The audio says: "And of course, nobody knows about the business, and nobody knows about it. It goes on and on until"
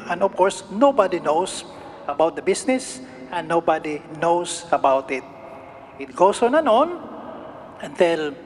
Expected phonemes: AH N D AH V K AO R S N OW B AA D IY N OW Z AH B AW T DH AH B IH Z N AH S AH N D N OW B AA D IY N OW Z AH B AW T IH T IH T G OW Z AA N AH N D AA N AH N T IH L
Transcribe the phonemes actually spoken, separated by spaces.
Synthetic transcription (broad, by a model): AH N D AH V K AO R S N OW B AA D IY N OW S AH B AW T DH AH B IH S N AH S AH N N OW B AA D IY N OW S AH B AW T IH T IH T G OW S AA N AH N AA N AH N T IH L